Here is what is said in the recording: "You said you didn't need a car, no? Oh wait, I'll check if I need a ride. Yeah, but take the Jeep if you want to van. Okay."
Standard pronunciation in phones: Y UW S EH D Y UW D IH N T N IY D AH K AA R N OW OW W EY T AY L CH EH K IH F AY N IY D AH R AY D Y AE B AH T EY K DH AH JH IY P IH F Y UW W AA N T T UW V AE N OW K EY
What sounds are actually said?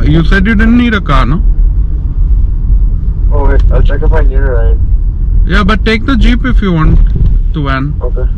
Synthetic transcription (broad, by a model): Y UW S EH D Y UW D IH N N IY D AH K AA N OW OW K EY AY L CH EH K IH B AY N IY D AH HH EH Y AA B AH T EY K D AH JH IY P IH F Y UW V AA N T T UW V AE N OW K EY